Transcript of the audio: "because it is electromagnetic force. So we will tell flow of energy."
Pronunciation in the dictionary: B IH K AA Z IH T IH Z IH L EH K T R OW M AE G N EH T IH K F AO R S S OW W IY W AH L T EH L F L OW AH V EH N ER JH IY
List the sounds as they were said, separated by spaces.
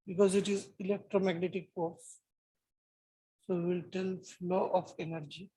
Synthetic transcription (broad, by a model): B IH K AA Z IH T IH Z IH L EH K T R OW M AE G N EH T IH K P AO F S S OW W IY L T EH L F L OW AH F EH N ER JH IY